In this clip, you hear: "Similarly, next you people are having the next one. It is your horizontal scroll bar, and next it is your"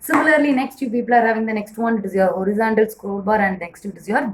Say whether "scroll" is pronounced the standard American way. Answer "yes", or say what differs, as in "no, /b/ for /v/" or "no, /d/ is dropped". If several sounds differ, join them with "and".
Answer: no, /ɹ/ is dropped